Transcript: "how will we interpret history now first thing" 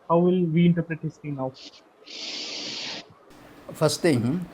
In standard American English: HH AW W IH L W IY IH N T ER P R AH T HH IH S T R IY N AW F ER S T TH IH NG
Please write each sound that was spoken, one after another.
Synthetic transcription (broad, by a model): HH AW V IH L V IY IH N T ER P R AH T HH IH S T IY N AW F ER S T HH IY